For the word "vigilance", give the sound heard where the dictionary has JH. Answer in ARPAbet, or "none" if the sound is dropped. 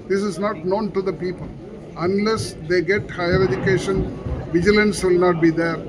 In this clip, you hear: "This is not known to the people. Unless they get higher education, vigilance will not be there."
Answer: JH